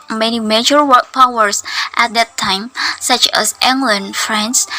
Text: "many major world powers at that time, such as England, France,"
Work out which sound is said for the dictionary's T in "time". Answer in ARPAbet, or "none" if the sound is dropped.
T